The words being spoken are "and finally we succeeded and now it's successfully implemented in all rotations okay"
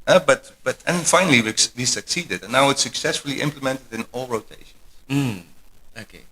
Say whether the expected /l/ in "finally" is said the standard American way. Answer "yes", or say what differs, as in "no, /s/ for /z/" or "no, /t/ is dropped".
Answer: no, /w/ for /l/